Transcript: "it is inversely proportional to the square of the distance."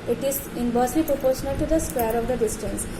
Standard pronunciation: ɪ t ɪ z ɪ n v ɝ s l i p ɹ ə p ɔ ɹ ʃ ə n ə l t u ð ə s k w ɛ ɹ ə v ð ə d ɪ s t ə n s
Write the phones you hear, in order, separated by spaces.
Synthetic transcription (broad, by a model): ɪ t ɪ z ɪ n b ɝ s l i p ɹ ə p ɔ ɹ ʃ ə n ə l t u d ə s k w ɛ ɹ ə v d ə d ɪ s t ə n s